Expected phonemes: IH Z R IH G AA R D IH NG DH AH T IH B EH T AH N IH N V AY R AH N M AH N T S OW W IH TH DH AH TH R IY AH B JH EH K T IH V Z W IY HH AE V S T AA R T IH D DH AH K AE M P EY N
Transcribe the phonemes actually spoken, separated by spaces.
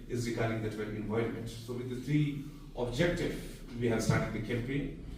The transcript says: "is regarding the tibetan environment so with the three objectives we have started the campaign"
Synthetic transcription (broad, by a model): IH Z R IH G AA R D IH NG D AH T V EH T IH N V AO AH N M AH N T S OW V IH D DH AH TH R IY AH B JH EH K T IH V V IY HH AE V S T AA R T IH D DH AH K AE M P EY N